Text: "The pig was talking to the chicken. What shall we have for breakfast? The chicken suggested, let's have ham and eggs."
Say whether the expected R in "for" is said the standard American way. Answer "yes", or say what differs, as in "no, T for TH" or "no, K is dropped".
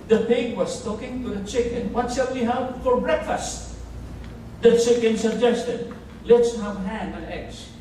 no, L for R